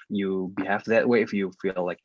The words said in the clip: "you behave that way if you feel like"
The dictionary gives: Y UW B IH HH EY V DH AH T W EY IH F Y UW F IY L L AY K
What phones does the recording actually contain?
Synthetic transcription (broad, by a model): Y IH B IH HH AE F DH AH T W EY IH F Y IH F IY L L AY K